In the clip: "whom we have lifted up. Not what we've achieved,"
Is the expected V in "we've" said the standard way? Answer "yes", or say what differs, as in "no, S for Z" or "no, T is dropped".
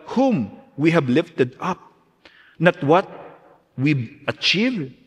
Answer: no, V is dropped